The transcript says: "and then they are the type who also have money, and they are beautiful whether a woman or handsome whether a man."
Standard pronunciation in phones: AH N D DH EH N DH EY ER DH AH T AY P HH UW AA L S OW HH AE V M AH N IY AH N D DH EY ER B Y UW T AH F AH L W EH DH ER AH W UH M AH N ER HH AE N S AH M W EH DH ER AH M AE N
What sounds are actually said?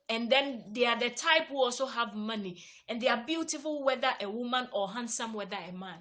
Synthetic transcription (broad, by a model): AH N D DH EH N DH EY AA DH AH T AY P HH UW AA L S OW HH AE V M AH N IY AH N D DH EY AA B Y UW T AH F AH L W EH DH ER AH W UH M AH N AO HH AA N S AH M W EH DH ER AH M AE N